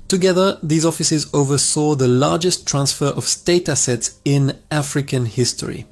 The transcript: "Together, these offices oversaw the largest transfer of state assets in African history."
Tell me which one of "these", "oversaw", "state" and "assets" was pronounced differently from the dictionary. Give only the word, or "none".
none